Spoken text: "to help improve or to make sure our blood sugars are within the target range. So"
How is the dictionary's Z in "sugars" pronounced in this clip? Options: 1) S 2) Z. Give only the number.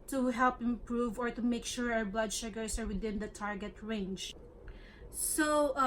1